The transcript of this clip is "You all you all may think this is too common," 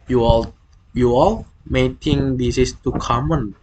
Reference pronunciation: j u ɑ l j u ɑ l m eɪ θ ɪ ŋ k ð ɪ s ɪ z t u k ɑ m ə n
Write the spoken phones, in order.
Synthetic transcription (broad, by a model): j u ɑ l j u ɑ l m eɪ t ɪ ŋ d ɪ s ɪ s t u k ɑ m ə n